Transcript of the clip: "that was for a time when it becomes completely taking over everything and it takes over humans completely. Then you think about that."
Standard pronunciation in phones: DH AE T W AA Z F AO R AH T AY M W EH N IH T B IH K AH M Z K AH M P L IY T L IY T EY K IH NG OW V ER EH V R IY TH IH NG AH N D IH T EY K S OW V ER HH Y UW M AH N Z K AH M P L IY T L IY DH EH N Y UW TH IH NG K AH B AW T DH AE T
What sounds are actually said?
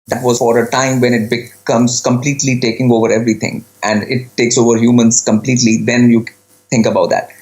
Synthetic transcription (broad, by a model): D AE T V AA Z F AO R AH T AY M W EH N IH T B IH K AH M Z K AH M P L IY T L IY T EY K IH NG OW V ER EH V R IY T IH NG AH N D IH T EY K S OW V ER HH Y UW M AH N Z K AH M P L IY T L IY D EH N Y UW T IH NG K AH B AW T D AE T